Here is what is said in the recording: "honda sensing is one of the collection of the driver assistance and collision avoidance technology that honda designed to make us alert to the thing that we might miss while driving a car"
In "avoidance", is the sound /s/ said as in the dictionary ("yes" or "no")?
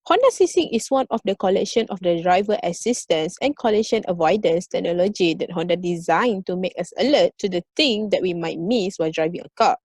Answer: yes